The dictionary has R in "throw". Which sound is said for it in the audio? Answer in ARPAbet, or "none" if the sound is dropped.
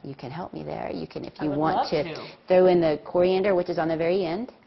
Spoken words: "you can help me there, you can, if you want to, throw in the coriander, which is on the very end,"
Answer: R